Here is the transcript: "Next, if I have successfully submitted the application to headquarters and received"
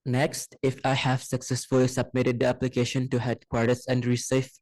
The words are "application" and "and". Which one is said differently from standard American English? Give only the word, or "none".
none